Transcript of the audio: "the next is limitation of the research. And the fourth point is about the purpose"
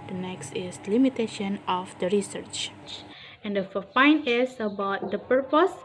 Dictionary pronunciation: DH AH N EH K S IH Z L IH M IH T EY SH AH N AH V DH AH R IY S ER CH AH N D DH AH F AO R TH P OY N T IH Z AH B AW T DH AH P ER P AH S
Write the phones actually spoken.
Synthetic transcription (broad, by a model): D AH N EH K S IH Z L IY M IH T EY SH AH N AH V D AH R IY S ER CH AH N D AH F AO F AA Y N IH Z AH B AW T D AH P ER P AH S